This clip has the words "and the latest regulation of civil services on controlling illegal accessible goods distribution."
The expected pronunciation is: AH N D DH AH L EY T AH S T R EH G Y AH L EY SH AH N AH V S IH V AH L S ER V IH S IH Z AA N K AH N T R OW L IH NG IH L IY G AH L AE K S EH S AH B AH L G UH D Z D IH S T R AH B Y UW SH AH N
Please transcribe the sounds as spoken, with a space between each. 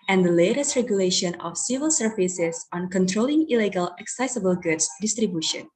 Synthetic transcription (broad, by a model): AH N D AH L EY T AH S T R EH G Y AH L EY SH AH N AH F S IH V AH L S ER F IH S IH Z AA N K AH N T R OW L IH NG IH L IY G AH L AE K S EH S AH B AH L G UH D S D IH S T R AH B Y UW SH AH N